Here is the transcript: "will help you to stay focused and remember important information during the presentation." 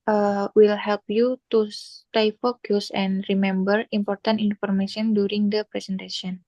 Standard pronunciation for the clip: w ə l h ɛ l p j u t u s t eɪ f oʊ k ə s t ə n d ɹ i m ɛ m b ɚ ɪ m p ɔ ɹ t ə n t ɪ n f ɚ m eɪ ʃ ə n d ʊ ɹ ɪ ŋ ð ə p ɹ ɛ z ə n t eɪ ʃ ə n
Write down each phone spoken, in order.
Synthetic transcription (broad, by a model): w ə l h ɛ l p j u t u s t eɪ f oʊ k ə s ə n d ɹ i m ɛ m b ɚ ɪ m p ɔ ɹ t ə n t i n f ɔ m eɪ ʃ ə n d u ɹ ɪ ŋ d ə p ɹ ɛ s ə n t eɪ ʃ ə n